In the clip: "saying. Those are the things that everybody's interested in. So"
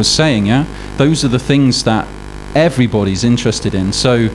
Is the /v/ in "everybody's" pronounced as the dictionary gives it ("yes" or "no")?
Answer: yes